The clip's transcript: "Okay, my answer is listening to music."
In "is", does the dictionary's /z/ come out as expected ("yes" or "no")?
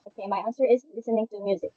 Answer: yes